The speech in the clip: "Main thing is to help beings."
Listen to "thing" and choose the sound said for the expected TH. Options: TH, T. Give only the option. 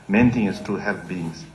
T